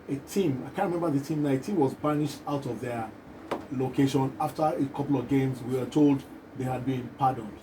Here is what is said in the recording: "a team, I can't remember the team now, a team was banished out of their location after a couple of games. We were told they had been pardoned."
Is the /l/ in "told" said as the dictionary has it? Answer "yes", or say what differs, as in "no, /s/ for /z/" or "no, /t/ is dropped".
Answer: yes